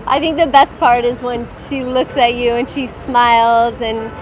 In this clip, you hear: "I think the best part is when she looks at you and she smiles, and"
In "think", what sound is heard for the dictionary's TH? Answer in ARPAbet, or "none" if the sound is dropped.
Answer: TH